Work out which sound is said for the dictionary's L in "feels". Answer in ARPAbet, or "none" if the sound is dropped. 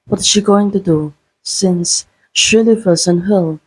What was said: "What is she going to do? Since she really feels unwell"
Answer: none